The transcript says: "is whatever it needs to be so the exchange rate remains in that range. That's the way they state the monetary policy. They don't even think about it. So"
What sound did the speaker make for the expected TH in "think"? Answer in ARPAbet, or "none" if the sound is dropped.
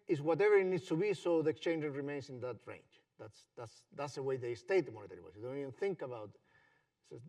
TH